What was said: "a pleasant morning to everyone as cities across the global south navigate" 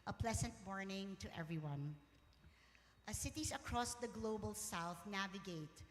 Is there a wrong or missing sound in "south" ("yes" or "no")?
no